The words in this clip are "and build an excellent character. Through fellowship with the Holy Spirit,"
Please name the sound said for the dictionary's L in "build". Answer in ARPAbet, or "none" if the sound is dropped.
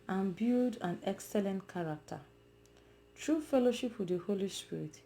none